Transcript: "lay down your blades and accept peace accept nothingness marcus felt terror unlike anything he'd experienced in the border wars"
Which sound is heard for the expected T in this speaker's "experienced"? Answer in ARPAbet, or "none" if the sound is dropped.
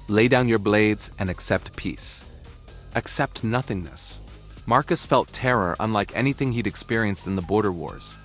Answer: T